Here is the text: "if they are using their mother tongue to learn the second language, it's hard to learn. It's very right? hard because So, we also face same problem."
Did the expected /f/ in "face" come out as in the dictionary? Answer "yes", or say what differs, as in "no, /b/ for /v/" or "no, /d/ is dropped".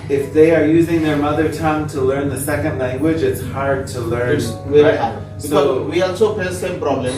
no, /p/ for /f/